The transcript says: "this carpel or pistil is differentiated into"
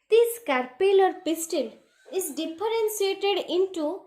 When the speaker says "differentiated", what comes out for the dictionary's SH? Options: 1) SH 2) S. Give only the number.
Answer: 2